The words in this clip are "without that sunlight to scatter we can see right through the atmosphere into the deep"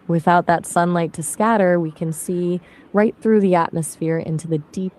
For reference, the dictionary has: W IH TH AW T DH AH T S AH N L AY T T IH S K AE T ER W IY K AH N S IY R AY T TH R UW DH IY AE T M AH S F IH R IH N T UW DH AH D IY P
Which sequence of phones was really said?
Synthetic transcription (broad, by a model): W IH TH AW T DH AH T S AH N L AY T T IH S K AE T ER W IY K AH N S IY R AY T TH R UW DH IY AE T M AH S F IH R IH N T UW DH AH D IY P